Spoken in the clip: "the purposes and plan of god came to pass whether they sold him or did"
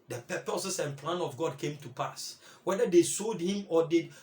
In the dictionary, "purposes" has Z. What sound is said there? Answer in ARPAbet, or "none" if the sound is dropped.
S